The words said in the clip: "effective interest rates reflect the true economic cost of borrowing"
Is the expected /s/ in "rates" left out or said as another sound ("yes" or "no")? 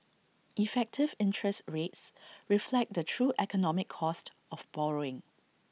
no